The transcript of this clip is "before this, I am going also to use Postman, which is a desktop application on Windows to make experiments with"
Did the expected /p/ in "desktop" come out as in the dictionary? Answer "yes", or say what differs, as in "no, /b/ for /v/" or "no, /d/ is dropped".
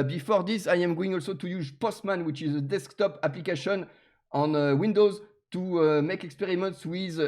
yes